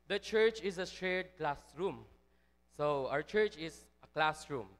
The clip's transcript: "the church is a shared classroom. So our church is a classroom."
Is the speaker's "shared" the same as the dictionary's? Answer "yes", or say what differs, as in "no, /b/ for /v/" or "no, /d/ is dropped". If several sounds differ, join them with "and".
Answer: no, /s/ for /ʃ/